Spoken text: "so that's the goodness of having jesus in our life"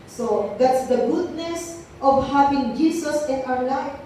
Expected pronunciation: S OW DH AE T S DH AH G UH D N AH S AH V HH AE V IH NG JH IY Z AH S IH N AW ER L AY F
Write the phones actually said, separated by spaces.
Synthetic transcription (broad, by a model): S OW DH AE T S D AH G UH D N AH S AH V HH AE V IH NG JH IY S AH S IH N AW ER L AY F